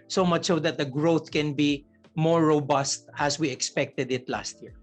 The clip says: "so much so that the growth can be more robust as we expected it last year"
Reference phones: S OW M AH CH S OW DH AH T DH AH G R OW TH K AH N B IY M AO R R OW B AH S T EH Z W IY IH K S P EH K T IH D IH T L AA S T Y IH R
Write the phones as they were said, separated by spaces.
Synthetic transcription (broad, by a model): S OW M AH CH S OW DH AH T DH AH G R OW TH K AH N B IY M AO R R OW B AH S T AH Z W IY IH K S P EH K T IH D IH T L AA S T Y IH R